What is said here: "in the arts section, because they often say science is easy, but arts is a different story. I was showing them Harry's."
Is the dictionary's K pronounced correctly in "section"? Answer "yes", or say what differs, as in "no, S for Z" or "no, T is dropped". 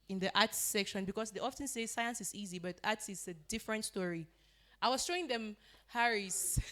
yes